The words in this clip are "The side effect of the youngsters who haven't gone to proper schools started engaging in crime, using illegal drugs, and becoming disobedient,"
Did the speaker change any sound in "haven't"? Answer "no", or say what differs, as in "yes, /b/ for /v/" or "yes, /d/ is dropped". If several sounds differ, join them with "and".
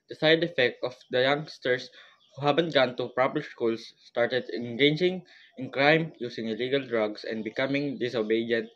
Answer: yes, /b/ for /v/